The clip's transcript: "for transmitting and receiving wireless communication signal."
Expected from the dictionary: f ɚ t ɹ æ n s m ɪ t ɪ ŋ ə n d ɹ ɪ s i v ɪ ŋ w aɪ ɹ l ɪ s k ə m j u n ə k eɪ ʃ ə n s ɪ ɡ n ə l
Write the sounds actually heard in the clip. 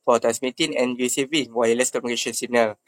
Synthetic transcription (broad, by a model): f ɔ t æ s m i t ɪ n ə n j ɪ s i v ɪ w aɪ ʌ l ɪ s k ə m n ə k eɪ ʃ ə n s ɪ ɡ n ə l